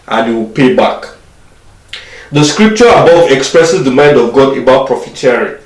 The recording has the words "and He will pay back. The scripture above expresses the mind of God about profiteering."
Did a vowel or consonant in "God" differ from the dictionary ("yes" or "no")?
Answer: no